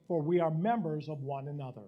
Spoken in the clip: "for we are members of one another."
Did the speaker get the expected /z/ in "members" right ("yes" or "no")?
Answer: yes